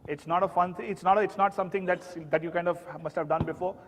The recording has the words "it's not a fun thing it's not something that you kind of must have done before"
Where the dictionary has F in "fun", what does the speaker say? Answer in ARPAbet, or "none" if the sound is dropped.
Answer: F